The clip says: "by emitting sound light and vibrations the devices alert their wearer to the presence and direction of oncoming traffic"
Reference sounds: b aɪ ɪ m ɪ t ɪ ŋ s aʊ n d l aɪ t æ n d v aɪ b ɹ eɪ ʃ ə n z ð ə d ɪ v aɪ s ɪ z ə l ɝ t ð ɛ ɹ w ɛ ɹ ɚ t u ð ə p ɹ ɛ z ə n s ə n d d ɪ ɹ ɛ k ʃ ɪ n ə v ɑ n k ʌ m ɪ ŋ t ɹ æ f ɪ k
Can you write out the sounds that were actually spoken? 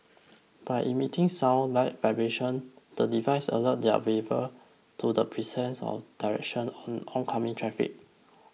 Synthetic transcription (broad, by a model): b aɪ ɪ m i t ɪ ŋ s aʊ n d l aɪ t v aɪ b ɹ eɪ ʃ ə n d ə d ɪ v aɪ s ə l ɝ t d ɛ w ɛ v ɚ t u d ə p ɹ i s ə n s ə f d d ɪ ɹ ɛ k ʃ ɪ n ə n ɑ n k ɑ m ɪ ŋ t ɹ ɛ f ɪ k